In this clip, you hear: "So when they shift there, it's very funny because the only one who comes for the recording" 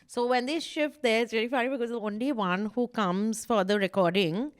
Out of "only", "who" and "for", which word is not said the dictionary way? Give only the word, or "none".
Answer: none